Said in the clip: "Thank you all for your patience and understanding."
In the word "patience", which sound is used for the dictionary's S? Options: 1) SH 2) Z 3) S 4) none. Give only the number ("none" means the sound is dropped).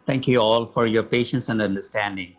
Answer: 3